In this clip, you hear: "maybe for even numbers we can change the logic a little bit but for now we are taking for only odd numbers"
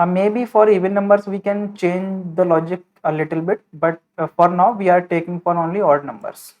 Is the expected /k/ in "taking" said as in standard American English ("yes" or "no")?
yes